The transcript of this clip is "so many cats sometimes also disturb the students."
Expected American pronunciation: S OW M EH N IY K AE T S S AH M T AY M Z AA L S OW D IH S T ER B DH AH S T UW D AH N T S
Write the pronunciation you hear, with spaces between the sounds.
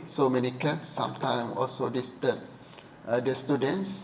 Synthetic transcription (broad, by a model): S OW M EH N IY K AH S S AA M T AY M AA L S OW D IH S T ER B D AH S T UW D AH N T S